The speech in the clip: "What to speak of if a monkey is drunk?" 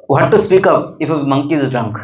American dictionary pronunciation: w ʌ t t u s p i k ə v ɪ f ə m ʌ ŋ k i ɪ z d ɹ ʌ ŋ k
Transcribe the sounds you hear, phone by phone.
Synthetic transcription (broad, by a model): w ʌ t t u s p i k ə p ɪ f ə m ʌ ŋ k i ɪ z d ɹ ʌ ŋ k